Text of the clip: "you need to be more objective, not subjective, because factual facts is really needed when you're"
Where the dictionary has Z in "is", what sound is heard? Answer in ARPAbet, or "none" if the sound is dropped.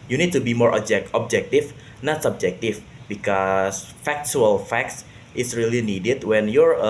S